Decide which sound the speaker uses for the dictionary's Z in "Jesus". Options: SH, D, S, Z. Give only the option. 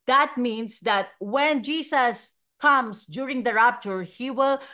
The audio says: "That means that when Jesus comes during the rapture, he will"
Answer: S